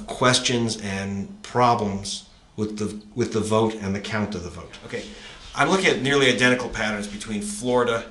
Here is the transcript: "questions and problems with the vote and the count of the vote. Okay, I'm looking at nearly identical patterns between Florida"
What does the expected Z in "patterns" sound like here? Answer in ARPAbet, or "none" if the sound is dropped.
Z